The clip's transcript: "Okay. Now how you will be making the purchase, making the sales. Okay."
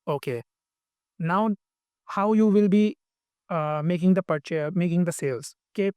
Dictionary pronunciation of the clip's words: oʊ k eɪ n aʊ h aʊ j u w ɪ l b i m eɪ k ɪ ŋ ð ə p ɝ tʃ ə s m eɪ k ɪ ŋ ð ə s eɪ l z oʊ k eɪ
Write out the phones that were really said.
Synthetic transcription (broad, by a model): oʊ k eɪ n aʊ h aʊ j u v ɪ l b i m eɪ k ɪ ŋ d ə p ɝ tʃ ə m eɪ k ɪ ŋ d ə s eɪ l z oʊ k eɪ